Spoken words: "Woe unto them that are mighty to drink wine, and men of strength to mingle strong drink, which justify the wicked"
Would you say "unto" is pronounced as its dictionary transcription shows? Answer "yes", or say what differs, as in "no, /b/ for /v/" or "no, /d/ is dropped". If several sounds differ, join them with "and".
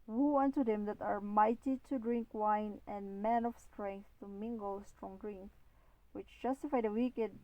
yes